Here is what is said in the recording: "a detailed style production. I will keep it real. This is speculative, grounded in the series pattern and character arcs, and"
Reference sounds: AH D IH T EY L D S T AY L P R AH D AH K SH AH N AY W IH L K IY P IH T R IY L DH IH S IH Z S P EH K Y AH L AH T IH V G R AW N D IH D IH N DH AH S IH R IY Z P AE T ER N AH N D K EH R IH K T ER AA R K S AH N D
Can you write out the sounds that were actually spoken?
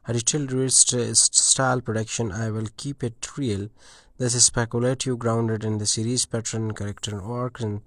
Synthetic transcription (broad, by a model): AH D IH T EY L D S T AY L P R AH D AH K SH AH N AY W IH L K IY P IH T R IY L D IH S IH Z S P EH K Y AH L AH T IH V G R AW N D IH D IH N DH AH S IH R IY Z P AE T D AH N K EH R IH K T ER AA R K AH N